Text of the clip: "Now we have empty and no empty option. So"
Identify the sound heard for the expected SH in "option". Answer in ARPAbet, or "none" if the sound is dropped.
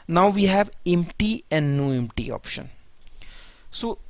SH